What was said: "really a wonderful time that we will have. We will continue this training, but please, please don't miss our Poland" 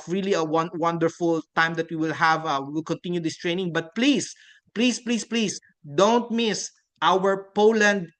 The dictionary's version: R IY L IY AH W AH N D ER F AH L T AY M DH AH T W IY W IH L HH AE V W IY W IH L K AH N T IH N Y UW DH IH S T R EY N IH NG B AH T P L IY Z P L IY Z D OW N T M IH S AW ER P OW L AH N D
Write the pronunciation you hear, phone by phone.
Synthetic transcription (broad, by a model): R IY L IY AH W AH N D ER F AH L T AY M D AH T W IY W IH L HH AE V W IY W IH L K AH N T IH N Y UW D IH S T R EY N IH NG B AH T P L IY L P L IY S D OW N T M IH S AW ER P OW L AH N D